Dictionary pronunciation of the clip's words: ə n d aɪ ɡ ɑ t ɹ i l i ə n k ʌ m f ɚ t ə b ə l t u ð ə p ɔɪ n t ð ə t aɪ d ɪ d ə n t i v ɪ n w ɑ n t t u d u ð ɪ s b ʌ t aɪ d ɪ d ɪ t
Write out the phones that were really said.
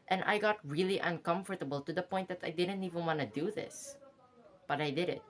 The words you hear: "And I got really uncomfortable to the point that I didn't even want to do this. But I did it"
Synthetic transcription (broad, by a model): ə n aɪ ɡ ɑ t ɹ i l i ə n k ʌ m f ɚ t ə b ə l t u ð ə p ɔɪ n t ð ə t aɪ d ɪ d ə n t i v ɪ n w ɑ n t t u d u ð ɪ s b ʌ t aɪ d ɪ d ɪ t